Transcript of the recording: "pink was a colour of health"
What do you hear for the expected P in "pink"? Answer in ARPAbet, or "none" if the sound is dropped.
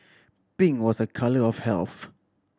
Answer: B